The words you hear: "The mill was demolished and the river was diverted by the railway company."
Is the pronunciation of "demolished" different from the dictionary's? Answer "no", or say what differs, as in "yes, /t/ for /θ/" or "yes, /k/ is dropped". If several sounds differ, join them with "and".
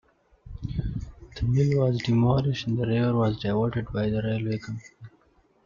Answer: yes, /t/ is dropped